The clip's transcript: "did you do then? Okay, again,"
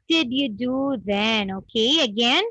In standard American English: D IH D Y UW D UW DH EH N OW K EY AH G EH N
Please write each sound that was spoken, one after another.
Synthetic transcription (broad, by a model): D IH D Y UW D UW DH EH N OW K EY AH G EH N